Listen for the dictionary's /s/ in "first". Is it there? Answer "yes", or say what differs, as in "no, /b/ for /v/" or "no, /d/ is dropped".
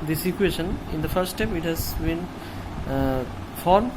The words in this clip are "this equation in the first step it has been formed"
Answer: no, /s/ is dropped